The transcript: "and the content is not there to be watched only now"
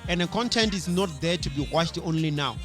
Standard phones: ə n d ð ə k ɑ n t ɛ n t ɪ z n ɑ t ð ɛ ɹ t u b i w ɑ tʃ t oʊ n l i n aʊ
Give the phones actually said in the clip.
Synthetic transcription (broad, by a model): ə n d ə k ɑ n t ɛ n t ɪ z n ɑ t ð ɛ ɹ t u b i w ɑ ʃ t oʊ n l i n aʊ